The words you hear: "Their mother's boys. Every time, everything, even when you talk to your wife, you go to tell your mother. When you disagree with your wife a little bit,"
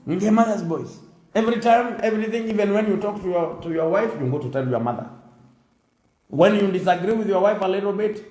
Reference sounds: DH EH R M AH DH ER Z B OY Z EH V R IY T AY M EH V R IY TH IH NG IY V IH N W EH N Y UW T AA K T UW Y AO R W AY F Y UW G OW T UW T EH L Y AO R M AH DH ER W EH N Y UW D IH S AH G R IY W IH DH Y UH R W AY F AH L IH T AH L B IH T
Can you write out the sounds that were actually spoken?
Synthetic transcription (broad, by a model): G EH M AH DH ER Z B OY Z EH V R IY T AY M EH V R IY TH IH NG IY V IH N W EH N Y UW T AA K T UW Y AO R W AY F Y UW G OW T UW T EH L Y AO R M AH DH ER W EH N Y UW D IH S AH G R IY W IH DH Y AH R W AY F AH L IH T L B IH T